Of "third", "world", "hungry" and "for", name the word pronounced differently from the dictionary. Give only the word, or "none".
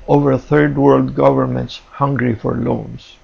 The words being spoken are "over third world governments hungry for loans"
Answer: none